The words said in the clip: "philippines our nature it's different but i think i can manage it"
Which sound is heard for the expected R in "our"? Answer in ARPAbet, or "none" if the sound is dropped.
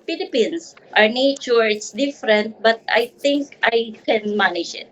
R